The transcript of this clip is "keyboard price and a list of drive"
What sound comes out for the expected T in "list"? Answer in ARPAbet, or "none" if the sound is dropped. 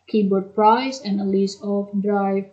none